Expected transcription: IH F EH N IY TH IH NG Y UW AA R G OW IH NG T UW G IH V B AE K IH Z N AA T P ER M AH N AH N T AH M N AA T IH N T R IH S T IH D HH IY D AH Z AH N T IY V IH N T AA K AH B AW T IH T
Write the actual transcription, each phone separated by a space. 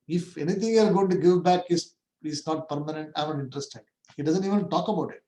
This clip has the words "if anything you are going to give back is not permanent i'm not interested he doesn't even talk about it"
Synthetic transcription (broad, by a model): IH F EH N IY T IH NG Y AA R G OW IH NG T UW G IH V B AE K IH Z N AA T P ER M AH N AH N T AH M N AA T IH N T R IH S T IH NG HH IY D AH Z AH N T IY V IH N T AA K AH B AW T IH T